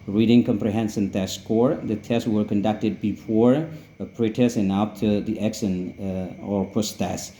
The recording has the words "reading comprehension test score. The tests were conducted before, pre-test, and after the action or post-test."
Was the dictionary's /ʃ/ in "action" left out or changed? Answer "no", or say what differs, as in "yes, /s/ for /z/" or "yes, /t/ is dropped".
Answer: yes, /s/ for /ʃ/